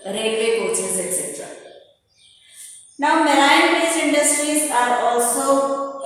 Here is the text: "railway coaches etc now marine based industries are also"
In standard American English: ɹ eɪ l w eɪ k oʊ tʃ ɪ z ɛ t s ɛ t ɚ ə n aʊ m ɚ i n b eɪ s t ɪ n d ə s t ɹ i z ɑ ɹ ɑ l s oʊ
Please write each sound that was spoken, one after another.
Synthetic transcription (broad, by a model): ɹ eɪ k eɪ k oʊ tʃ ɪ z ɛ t s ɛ t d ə n aʊ m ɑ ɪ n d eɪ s ɪ n d ə s t ɹ i z ɑ ɹ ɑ l s oʊ